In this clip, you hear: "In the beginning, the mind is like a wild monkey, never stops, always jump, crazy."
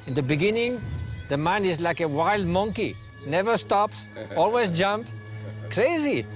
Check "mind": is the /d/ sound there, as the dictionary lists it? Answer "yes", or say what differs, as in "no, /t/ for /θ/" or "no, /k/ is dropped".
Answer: no, /d/ is dropped